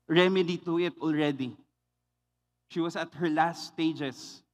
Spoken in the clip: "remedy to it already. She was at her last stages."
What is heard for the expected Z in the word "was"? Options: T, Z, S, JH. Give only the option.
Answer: S